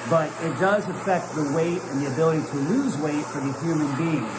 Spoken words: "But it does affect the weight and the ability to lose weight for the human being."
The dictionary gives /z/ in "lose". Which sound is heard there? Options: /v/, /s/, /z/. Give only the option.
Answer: /z/